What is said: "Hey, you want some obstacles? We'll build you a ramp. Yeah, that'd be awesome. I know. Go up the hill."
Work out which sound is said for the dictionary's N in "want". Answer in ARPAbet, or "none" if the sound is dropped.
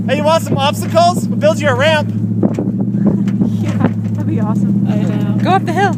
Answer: none